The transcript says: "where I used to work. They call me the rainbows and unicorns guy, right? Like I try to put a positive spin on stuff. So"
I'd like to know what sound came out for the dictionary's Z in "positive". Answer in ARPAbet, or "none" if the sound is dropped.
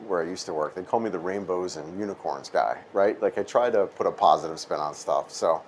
Z